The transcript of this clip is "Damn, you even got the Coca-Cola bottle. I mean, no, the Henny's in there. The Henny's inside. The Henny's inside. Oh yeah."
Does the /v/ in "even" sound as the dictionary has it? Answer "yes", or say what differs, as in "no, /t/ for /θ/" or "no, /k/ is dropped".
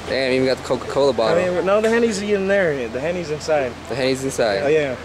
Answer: no, /w/ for /v/